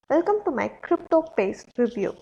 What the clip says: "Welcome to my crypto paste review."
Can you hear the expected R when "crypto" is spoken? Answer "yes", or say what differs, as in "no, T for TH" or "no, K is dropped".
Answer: yes